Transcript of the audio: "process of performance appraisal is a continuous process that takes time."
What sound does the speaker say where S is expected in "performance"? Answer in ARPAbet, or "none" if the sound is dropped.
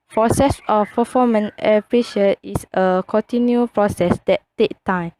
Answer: none